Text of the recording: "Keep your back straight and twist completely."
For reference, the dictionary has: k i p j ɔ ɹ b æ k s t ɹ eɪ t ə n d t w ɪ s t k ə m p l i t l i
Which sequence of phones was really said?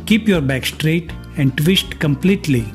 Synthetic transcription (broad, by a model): k i p j ɔ ɹ b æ k s t ɹ eɪ t ə n d t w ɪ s t k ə m p l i t l i